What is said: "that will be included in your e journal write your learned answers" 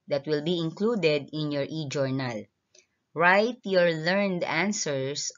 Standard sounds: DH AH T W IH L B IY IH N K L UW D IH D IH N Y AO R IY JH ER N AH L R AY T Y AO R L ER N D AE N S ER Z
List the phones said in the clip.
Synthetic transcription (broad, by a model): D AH T W IH L B IY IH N K L UW D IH D IH N Y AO R IY JH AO N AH L R AY T Y AO R L ER N D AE N S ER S